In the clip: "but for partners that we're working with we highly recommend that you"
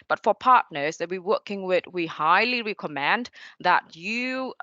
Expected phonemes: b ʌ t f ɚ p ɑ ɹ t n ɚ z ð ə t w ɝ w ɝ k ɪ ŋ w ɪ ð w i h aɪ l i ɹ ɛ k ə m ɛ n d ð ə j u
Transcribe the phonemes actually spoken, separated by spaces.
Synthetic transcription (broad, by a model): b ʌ t f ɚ p ɑ ɹ t n ɚ z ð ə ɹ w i w ɝ k ɪ ŋ w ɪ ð w i h aɪ l i ɹ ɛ k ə m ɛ n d ð ə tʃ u